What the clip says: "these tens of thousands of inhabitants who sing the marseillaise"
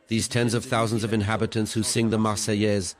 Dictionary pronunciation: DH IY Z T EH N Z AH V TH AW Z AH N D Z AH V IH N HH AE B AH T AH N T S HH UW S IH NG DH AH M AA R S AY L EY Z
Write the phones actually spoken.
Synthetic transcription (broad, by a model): DH IY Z T EH N Z AH V TH AW Z AH N D Z AH V IH N HH AE B AH T AH N T S HH UW S IH NG DH AH M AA S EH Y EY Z